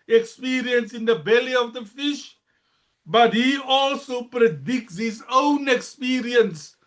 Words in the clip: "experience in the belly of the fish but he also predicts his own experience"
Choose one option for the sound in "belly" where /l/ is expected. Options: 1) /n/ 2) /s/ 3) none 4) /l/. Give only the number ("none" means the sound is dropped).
4